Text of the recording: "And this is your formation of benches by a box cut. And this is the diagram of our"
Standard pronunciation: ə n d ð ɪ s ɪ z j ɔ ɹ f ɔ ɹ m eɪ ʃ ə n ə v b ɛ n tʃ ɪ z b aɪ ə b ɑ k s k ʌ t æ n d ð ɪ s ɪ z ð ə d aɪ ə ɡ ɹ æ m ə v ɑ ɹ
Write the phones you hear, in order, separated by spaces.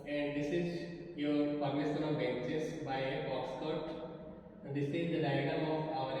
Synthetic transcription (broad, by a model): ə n d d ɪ s ɪ z j ɔ ɹ p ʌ ɹ m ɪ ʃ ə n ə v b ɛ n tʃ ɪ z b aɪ ə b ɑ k s k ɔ t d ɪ s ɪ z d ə d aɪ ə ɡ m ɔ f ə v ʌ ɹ